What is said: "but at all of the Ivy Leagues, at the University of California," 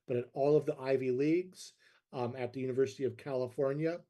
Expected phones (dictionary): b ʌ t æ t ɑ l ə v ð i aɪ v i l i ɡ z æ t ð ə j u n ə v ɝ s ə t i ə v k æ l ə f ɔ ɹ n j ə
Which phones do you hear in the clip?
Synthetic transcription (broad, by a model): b ʌ t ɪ t ɑ l ə v ð i aɪ v i l i ɡ z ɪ t ð ə j u n ə v ɝ s ə t i ə v k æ l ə f ɔ ɹ n j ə